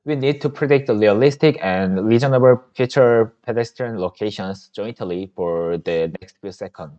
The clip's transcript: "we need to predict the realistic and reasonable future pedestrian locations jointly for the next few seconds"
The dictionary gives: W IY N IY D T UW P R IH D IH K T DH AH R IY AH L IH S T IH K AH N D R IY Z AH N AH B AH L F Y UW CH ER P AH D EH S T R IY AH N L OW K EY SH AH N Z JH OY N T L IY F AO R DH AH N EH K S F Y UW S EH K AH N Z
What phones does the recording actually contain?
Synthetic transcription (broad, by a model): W IY N IY D T UW P R IH D IH K T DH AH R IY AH L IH S T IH K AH N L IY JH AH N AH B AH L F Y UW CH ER P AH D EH S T IY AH N L OW K EY SH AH N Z JH OY N T L IY F AO R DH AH N EH K S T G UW S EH K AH N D